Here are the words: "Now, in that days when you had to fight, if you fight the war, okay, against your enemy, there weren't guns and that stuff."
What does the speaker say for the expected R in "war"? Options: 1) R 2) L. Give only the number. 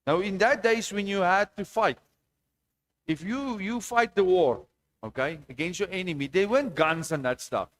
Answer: 1